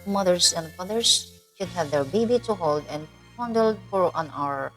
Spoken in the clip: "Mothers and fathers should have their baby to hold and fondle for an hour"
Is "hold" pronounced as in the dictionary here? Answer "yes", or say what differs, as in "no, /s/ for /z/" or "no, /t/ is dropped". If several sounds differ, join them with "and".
yes